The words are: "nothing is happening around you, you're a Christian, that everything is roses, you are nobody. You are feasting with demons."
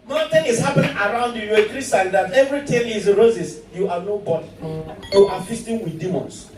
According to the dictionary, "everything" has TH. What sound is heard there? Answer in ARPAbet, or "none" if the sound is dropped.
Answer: T